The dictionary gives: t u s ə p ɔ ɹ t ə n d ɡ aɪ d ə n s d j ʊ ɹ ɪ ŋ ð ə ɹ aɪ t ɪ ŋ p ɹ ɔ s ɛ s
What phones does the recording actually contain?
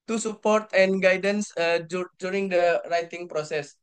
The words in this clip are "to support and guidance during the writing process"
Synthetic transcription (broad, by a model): t u s ə p ɔ ɹ t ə n ɡ aɪ d ə n s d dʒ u ɹ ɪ ŋ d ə ɹ aɪ t ɪ ŋ p ɹ ɔ s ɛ s